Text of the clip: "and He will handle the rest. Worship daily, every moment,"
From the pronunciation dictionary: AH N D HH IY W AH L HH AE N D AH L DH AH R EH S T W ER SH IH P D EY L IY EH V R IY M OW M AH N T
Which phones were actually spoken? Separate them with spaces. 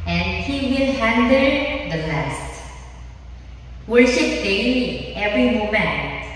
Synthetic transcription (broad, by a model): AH N D HH IY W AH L HH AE N D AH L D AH L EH S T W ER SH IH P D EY IY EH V R IY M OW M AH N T